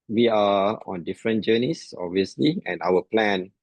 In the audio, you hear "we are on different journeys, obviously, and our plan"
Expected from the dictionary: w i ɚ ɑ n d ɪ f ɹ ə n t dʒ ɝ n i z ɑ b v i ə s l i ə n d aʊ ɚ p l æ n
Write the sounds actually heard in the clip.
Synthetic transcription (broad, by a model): w i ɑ ɑ n d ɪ f ɹ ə n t dʒ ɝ n i s ɑ b v i ə s l i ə n aʊ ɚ p l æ n